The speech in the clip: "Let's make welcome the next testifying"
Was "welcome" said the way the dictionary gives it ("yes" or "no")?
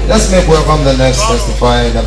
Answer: no